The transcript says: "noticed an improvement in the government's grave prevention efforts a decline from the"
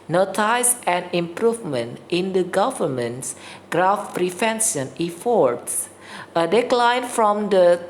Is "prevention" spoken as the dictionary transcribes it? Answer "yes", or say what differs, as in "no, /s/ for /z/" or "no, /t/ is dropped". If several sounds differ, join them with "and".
no, /f/ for /v/